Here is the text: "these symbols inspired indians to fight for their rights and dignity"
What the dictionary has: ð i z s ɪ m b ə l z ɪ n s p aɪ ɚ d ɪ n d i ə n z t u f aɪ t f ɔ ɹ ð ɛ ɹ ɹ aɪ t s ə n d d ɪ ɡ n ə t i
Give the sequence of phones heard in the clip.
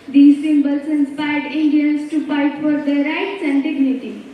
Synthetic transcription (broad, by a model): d i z s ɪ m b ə l s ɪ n s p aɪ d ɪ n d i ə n s t u p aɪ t f ɔ ɹ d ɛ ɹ ɹ aɪ t s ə n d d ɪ ɡ n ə t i